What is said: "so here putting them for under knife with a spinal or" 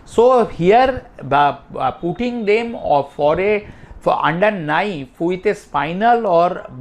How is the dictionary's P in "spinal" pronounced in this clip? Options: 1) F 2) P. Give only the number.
1